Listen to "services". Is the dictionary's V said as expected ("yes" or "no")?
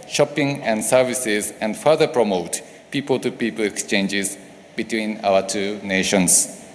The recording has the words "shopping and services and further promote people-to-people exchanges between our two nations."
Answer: yes